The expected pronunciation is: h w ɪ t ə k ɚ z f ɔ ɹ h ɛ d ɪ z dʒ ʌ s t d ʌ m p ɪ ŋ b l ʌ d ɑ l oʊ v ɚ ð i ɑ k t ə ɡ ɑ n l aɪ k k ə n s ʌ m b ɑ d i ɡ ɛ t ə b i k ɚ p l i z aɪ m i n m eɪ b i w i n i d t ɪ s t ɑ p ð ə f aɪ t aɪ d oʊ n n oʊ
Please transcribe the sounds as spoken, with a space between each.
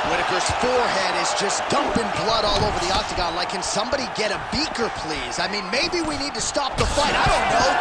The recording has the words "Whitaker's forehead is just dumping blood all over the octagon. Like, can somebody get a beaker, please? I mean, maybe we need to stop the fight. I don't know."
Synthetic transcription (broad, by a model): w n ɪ t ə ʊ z f ɔ ɹ h ɛ d ɪ z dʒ ʌ s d ʌ m p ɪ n b l ʌ d ɑ l oʊ v ɚ ð i ɑ k t ə ɡ ɑ n l aɪ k k ə n s ʌ m b ɑ d i ɡ ɛ t ə b i k ɚ p l i z aɪ m i n m eɪ b i w i n i d t ɪ s t ɑ p ð ə f aɪ t aɪ d oʊ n n oʊ